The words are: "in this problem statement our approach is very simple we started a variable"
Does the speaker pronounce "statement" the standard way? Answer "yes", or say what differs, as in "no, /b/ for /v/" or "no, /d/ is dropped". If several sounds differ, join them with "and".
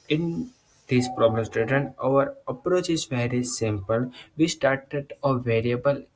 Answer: no, /m/ is dropped